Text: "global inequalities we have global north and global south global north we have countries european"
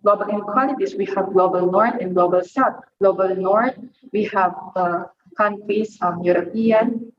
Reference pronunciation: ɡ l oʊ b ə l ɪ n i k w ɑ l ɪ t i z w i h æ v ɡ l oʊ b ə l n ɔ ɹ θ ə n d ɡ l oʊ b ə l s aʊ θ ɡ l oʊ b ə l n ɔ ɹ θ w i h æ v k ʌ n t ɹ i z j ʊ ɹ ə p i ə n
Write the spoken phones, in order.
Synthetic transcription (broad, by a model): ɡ l oʊ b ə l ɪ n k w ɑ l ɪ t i s w i h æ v ɡ l oʊ b ə l n ɔ ɹ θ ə n ɡ l oʊ b ə l s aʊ t ɡ l oʊ b ə l n ɔ ɹ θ w i h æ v k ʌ n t ɹ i s j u ɹ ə p i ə n